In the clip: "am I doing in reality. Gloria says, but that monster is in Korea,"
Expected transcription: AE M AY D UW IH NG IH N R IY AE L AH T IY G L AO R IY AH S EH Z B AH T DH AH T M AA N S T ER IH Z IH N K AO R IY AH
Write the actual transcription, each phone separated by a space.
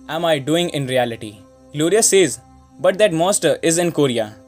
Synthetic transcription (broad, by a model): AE M AY D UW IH NG IH N R IY AE L AH T IY G L AO R IY AH S EH Z B AH T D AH T M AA S T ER IH Z IH N K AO R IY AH